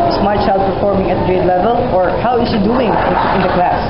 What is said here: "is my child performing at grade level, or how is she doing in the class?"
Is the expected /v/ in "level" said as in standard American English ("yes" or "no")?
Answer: yes